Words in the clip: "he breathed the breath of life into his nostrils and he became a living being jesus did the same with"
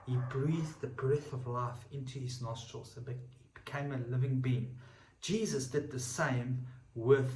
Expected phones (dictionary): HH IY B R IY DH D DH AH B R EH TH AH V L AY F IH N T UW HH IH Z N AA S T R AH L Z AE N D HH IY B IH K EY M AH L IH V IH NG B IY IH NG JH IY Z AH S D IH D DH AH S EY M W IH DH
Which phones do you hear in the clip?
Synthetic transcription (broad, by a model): HH IY B R IY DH DH AH B R EH TH AH V L AY F IH N T UW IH Z N AA S T R AH L Z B HH IY B IH K EY M AH L IH V IH NG B IY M JH IY Z AH S D IH D DH AH S EY M W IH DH